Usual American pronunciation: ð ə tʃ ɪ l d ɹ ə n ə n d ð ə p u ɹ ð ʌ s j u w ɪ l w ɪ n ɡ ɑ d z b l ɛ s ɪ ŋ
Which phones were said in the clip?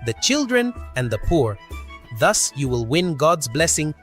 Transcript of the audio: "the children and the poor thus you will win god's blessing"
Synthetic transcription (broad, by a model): ð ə tʃ ɪ l d ɹ ə n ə n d ð ə p u ɹ ð ʌ s j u w ɪ l w ɪ n ɡ ɑ d z b l ɛ s ɪ ŋ